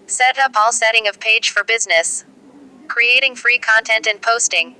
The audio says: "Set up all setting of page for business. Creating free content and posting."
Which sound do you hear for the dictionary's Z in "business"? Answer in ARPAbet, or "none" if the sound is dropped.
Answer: Z